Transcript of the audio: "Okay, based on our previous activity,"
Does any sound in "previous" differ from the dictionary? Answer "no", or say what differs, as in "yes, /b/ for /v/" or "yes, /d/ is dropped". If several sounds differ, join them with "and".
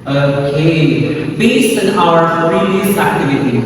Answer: yes, /f/ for /p/